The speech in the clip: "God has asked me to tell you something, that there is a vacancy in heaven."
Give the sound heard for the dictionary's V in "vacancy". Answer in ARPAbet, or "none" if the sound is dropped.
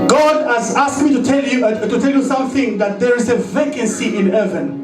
V